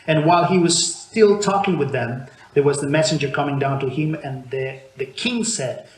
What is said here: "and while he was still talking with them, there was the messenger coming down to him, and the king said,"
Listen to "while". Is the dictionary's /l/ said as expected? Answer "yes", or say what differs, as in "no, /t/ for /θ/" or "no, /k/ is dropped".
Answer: yes